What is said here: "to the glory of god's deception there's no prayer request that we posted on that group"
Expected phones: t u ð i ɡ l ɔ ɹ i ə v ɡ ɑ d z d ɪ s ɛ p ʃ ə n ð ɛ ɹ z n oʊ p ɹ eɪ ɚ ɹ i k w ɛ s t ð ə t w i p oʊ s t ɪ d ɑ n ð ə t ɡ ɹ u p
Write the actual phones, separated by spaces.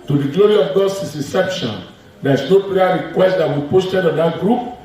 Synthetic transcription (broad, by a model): t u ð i ɡ l ɔ ɹ i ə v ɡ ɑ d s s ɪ s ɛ p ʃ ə n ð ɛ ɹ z n oʊ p l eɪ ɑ ɹ i k w ɛ s t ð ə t w i p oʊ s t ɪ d ɑ n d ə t ɡ ɹ u p